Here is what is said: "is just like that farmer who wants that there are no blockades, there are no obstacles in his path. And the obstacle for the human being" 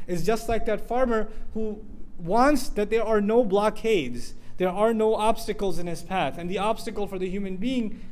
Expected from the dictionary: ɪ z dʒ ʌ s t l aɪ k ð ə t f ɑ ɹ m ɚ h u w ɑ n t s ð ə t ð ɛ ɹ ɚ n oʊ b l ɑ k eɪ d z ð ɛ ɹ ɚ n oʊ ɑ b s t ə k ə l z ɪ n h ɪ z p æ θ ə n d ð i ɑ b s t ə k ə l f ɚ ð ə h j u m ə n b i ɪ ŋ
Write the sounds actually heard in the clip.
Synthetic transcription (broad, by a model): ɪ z dʒ ʌ s t l aɪ k ð ə t f ɑ ɹ m ɚ h u w ɑ n t s ð ə t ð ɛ ɹ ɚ n oʊ b l ɑ k eɪ d z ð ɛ ɹ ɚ n oʊ ɑ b s t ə k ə l z ɪ n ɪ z p æ θ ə n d ð i ɑ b s t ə k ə l f ɚ ð ə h j u m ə n b i ɪ ŋ